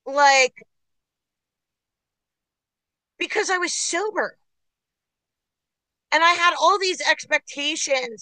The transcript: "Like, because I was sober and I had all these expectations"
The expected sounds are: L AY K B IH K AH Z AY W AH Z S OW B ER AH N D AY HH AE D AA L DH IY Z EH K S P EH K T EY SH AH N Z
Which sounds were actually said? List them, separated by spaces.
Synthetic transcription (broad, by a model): L AY K B IH K AH Z AY W AH Z S OW B ER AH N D AY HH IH D AA L DH IY Z EH K S P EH K T EY SH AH N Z